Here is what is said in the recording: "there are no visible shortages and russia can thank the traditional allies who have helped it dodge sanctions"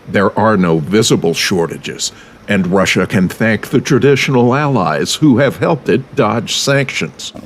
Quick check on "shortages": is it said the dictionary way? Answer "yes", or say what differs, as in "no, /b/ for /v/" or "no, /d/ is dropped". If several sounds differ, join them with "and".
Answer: yes